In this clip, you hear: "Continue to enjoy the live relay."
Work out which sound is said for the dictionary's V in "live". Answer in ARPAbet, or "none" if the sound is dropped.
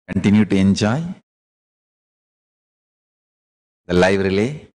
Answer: V